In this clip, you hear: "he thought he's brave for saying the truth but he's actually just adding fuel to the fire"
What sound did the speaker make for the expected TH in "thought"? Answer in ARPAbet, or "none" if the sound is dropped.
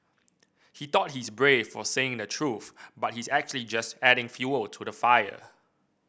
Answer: T